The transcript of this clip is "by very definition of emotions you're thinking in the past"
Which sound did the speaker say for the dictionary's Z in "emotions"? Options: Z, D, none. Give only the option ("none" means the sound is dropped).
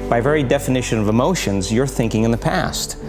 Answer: Z